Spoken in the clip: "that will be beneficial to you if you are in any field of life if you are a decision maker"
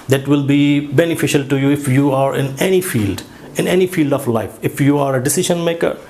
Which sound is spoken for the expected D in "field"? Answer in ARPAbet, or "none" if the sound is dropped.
D